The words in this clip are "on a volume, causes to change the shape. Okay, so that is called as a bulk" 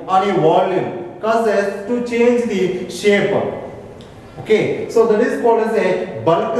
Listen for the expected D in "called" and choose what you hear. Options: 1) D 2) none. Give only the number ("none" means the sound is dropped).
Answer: 2